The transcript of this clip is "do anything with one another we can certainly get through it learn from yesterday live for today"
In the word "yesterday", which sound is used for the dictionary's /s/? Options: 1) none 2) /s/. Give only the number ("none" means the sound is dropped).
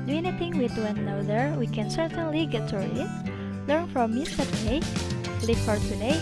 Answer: 1